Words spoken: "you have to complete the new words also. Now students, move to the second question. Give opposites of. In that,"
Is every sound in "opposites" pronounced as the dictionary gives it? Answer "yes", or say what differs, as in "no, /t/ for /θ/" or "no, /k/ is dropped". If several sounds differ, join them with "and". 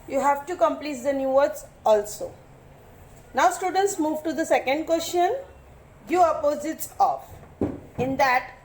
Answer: yes